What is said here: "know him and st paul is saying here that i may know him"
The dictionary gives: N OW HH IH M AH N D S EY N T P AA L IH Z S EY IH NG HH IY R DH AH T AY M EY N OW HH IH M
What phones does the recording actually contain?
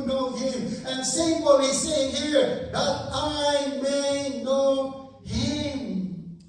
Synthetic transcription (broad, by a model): N OW HH IH M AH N S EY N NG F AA W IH S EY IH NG HH IY R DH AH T AY M EY N OW HH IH M